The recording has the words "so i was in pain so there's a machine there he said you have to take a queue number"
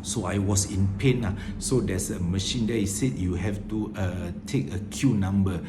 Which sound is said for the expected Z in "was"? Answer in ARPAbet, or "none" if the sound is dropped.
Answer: S